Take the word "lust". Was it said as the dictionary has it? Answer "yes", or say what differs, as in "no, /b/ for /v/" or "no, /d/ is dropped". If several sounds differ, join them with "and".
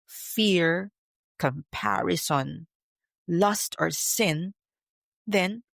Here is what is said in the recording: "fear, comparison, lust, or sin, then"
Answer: yes